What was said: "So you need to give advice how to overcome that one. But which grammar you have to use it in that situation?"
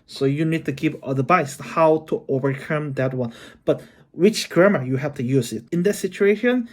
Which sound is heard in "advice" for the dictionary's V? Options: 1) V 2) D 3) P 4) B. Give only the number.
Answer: 4